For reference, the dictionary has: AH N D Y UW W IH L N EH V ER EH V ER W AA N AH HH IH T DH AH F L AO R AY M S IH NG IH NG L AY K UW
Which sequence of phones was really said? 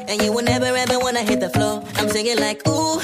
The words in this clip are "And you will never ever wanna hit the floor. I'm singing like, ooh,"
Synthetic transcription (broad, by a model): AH N Y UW W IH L N EH V ER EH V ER W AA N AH HH IH T DH AH F L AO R AY M TH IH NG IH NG L AY K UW